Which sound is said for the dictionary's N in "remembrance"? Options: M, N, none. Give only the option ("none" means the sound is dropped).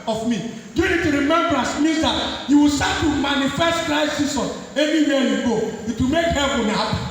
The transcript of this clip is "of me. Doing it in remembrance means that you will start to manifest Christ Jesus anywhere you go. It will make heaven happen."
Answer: none